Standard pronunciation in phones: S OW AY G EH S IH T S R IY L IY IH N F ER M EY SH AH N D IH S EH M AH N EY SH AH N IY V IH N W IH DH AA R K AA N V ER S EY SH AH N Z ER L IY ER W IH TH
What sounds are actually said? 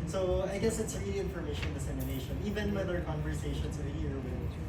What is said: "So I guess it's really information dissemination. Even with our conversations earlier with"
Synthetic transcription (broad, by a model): S OW AY G EH S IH T S R IY L IY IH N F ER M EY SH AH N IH S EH M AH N EY SH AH N IY V IH N W IH DH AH R K AA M V ER S EY SH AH N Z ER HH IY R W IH